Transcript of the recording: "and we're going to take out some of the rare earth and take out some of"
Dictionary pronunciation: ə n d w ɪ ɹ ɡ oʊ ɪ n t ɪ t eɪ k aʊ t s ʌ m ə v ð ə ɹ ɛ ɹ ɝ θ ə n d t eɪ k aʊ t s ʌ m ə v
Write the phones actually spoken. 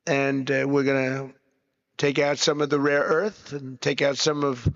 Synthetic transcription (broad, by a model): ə n w ɪ ɹ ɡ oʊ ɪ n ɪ t eɪ k aʊ t s ʌ m ə v ð ə ɹ ɛ ɹ ɝ θ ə n t eɪ k aʊ t s ʌ m ə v